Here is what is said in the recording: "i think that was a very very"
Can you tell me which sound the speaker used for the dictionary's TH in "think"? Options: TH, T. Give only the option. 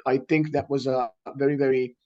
TH